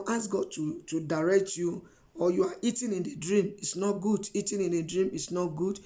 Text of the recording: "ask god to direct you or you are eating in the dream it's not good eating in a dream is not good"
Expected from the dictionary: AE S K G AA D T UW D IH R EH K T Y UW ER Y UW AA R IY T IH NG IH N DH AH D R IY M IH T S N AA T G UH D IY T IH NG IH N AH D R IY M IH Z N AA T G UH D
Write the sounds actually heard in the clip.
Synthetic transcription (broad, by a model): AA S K G AA D T UW D IH R EH K T Y UW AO Y UW AA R IY T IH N IH N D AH D R IY M IH T S N AA T G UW D IY T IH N IH N AH D R IY M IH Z N AA T G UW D